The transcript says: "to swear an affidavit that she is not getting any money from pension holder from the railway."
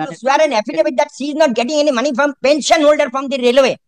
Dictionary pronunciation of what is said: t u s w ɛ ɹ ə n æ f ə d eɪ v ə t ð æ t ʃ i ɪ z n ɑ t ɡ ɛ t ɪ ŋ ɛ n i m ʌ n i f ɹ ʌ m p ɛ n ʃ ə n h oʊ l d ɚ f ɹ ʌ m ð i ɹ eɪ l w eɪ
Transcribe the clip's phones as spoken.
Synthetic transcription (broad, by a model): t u s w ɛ ɹ ə n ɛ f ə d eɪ b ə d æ t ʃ i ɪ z n ɑ t ɡ ɛ t ɪ ŋ ɛ n i m ʌ n i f ɹ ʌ m p ɛ n ʃ ə n h oʊ l d ɚ f ɹ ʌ m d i ɹ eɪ l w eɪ